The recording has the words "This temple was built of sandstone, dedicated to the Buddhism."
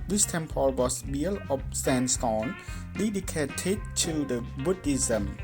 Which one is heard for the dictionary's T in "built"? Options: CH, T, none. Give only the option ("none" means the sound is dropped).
none